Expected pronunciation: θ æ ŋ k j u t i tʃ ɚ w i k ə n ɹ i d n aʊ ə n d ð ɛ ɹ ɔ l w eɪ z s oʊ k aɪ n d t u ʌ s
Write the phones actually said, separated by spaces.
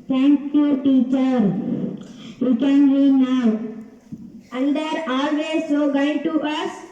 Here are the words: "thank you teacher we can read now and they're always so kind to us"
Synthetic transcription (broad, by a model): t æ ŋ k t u t i tʃ ɚ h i k ə n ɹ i n aʊ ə l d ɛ ɹ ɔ l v eɪ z s oʊ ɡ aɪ d t u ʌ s